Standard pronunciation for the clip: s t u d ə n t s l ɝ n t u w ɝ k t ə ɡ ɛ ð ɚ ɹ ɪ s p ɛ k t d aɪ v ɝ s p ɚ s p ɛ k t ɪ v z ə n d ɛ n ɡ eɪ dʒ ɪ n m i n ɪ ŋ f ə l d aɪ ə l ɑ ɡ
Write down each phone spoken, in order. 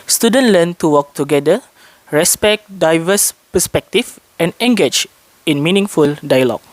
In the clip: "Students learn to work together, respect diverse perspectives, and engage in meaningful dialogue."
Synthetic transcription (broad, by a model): s t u d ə n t l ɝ n t u w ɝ k t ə ɡ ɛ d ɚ ɹ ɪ s p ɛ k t d aɪ v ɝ s p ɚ s p ɛ k t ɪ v ə n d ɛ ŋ ɡ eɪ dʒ ɪ n m i n ɪ ŋ f ə l d aɪ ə l ɑ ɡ